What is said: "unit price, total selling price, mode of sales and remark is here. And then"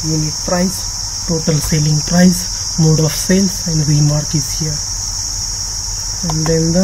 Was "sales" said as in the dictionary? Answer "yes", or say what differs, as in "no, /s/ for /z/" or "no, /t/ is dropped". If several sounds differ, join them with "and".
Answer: no, /s/ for /z/